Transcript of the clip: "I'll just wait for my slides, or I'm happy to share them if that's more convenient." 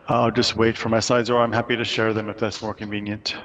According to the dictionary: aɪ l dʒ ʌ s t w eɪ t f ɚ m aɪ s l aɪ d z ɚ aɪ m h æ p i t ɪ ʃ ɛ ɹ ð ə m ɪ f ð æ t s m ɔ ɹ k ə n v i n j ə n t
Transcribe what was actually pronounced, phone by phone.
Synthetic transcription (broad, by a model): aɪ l dʒ ʌ s t w eɪ t f ɚ m aɪ s aɪ d z ɚ aɪ m h æ p i t ɪ ʃ ɛ ɹ ð ə m ɪ f ð æ t s m ɔ ɹ k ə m v i n j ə n t